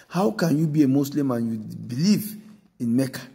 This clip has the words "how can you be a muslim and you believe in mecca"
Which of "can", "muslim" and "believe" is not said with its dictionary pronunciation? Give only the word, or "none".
muslim